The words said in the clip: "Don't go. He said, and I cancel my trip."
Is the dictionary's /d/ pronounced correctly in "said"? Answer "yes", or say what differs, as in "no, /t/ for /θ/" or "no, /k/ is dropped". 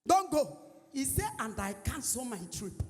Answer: no, /d/ is dropped